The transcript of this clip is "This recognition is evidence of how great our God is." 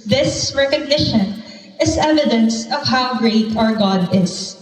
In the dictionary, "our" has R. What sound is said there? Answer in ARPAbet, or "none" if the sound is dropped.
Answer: R